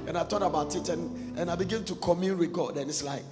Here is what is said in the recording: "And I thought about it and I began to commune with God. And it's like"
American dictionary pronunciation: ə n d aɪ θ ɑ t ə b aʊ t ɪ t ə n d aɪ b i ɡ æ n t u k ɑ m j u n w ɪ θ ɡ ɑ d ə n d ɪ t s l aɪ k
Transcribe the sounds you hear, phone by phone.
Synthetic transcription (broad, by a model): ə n aɪ t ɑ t ə b aʊ t ɪ t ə n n aɪ b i ɡ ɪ n t u k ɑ m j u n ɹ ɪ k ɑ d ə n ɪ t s l aɪ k